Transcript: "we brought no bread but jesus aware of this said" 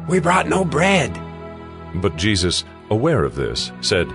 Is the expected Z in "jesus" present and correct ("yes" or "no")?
yes